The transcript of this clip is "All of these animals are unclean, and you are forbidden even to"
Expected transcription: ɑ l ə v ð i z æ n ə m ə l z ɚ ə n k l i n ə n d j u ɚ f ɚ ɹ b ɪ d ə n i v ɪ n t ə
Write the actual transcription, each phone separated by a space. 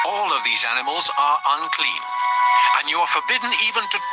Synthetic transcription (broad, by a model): ɑ l ə v ð i z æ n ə m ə l z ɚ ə n k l i n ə n j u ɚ f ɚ ɹ b ɪ d n i v ɪ n t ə